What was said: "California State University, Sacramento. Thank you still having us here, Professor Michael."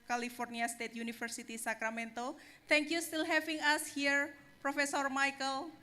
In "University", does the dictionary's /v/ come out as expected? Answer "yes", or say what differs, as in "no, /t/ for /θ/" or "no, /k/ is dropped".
no, /f/ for /v/